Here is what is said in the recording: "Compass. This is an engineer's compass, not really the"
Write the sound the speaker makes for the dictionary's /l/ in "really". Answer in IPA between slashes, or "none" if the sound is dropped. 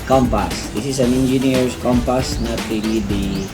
/n/